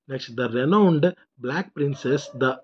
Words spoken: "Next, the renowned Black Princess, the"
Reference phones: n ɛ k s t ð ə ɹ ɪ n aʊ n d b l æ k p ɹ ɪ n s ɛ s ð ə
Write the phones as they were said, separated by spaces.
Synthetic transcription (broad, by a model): n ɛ k s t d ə ɹ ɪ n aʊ n d b l æ k p ɹ ɪ n s ɛ s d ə